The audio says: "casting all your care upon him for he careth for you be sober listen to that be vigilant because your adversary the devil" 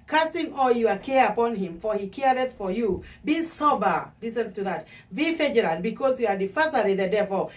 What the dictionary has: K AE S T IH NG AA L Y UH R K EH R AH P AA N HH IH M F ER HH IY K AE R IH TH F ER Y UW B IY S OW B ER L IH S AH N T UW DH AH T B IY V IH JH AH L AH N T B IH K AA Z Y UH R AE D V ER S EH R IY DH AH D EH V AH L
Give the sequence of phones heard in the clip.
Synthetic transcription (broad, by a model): K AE S T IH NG AA L Y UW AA K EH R AH P AA N HH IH M F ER HH IY K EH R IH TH F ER Y UW B IY S OW B ER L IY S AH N T UW DH AH T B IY F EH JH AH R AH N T B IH K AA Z Y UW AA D F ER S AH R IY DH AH D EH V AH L